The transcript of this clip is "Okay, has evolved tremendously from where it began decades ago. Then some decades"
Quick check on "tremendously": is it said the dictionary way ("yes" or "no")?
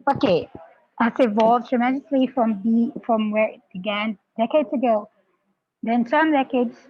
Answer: no